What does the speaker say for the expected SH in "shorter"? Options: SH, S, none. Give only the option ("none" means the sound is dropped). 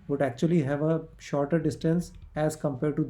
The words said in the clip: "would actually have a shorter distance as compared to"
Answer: SH